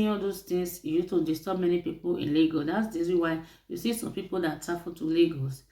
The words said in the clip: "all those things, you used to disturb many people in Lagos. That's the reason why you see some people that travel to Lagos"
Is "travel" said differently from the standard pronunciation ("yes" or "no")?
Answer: yes